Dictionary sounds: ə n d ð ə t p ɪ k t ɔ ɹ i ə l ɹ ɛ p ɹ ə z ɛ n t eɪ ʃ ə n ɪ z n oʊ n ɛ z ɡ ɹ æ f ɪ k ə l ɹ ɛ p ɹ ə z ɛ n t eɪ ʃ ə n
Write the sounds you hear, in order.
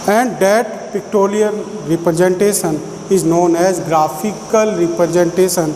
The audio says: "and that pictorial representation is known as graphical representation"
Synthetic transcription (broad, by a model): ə n d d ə t p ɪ k t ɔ l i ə n ɹ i p ɹ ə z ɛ n t eɪ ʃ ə n ɪ z n oʊ n ɛ z ɡ ɹ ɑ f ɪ k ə l ɹ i p ɹ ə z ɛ n t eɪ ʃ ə n